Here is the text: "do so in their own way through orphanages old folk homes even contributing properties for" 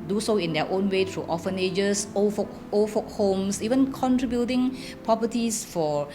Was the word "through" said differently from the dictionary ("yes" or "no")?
yes